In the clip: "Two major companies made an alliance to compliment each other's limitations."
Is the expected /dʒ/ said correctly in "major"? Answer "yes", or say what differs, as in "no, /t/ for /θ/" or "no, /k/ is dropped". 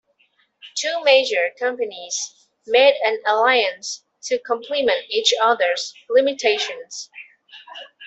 yes